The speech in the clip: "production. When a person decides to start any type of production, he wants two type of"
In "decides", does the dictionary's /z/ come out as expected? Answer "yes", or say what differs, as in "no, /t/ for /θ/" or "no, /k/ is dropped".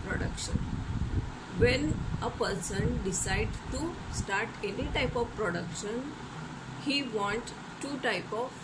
no, /z/ is dropped